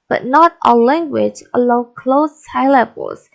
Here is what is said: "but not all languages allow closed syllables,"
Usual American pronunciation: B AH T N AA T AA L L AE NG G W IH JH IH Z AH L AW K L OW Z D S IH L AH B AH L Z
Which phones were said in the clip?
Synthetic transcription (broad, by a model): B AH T N AA T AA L L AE NG G W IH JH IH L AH UH K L OW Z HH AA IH L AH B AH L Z